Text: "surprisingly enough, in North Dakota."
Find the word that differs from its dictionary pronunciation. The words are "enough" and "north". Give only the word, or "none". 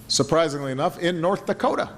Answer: none